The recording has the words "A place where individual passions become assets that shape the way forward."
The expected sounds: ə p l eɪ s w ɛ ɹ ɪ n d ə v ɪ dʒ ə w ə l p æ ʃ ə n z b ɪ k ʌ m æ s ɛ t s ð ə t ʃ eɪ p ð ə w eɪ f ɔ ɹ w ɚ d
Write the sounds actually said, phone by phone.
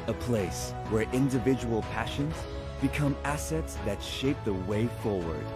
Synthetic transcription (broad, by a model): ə p l eɪ s w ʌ ɹ ɪ n d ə v ɪ dʒ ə w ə l p æ ʃ ə n z b ɪ k ʌ m æ s ɛ t s ð ə t ʃ eɪ p ð ə w eɪ f ɔ ɹ w ɚ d